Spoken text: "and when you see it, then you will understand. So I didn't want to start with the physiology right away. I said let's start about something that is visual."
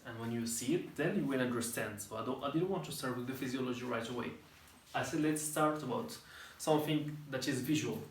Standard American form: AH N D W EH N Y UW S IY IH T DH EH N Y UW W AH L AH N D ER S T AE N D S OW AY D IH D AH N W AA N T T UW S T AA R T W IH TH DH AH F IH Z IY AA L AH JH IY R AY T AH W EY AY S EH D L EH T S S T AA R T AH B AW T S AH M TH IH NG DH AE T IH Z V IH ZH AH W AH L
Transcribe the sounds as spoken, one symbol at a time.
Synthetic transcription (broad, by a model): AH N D W EH N Y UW S IY IH T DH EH N Y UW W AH N AH N D ER S T AE N D S OW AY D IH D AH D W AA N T T UW S T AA R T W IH DH AH F IH Z IY AA L AH JH IY R AY T AH W EY AY S EH D L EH T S S T AA R T AH B AW T S AH M TH IH NG DH AE T IH Z V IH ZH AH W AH L